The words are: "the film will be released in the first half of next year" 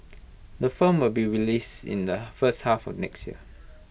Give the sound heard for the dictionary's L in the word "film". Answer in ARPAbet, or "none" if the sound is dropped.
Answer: none